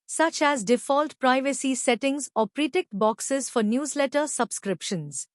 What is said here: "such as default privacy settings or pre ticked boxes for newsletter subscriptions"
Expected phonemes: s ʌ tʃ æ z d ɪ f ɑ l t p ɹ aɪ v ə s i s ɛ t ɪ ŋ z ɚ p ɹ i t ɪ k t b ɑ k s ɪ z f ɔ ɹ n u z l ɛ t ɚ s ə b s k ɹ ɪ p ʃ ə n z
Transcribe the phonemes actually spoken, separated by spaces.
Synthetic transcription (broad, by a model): s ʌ tʃ æ z d ɪ f ɑ l t p ɹ aɪ v ə s i s ɛ t ɪ ŋ z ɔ p ɹ i t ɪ k t b ɑ k s ɪ z f ɔ ɹ n u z l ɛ t ɚ s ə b s k ɹ ɪ p ʃ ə n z